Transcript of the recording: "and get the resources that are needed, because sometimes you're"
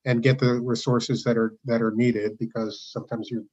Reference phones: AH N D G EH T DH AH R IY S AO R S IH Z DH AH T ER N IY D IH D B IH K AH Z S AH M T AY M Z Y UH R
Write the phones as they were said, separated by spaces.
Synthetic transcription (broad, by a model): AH N G EH T DH AH R IY S AO R S IH Z DH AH T ER N IY D IH D B IH K AH Z S AH M T AY M Z Y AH R